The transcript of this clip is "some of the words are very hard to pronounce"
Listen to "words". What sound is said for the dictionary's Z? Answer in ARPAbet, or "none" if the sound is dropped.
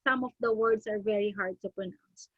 S